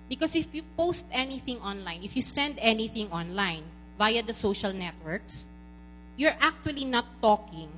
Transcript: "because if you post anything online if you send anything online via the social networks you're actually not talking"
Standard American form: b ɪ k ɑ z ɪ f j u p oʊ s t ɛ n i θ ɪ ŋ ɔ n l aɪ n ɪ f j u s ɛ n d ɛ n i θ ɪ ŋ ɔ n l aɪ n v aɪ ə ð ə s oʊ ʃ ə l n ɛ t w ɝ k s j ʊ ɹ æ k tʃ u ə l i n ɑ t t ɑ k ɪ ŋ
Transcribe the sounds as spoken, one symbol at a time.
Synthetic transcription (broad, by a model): b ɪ k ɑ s ɪ f j u p oʊ s t ɛ n i θ ɪ ŋ ɔ n l aɪ n ɪ f j u s ɛ n d ɛ n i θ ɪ ŋ ɔ n l aɪ n v aɪ ə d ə s oʊ ʃ ə l n ɛ t w ɝ k s j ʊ ɹ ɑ k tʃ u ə l i n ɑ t t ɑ k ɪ ŋ